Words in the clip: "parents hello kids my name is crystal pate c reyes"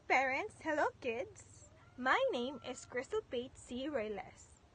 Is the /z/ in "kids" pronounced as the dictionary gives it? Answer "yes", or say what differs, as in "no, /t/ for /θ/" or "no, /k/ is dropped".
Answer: no, /s/ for /z/